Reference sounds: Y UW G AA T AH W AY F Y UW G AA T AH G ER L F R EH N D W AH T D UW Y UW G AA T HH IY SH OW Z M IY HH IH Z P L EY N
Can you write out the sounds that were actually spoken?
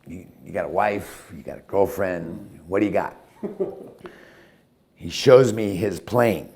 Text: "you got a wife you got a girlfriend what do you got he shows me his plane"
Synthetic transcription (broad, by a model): Y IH G AA T AH W AY F Y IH G AA T AH G ER L F R EH N D W AH T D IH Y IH G AA T HH IY SH OW Z M IY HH IH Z P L EY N